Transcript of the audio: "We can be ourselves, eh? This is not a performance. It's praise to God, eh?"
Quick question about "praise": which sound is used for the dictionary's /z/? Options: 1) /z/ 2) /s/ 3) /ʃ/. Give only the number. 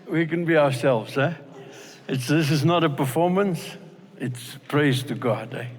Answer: 1